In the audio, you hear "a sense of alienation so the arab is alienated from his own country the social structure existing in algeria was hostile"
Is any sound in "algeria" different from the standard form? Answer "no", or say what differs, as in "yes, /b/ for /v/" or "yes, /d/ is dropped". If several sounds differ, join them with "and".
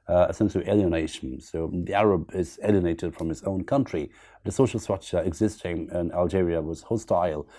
no